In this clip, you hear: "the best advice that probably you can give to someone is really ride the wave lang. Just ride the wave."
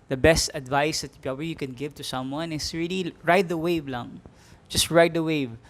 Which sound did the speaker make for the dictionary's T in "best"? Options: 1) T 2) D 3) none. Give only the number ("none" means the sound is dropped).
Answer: 1